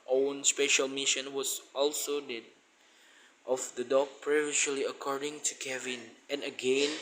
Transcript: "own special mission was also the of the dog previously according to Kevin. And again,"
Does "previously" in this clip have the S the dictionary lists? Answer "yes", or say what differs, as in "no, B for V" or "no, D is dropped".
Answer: no, S is dropped